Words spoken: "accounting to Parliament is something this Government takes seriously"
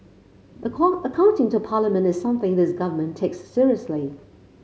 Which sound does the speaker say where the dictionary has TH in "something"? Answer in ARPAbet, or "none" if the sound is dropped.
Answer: TH